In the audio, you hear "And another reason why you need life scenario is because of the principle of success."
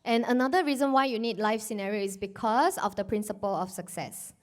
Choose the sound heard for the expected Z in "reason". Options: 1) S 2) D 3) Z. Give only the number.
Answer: 3